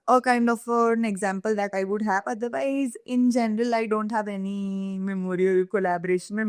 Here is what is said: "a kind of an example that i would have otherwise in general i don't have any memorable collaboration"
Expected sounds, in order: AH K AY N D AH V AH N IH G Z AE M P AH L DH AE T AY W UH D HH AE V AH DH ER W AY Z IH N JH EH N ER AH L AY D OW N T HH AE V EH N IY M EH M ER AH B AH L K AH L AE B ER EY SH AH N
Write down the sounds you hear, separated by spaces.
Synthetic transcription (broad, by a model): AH K AY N D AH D AH N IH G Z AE M P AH L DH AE T AY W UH D HH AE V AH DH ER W AY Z IH N JH EH N ER AH L AY D OW N T HH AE V EH N IY M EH M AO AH AH L K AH L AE B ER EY SH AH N